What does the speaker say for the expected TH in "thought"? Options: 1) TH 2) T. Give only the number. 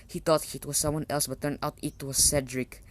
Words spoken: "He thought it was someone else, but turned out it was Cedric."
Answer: 2